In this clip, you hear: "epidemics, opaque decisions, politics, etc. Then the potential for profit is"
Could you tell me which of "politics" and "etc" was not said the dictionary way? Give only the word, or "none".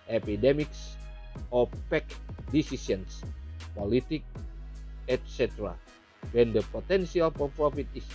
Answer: politics